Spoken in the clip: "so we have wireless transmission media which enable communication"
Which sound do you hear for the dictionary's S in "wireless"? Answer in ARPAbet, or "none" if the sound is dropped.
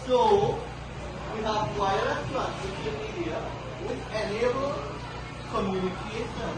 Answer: none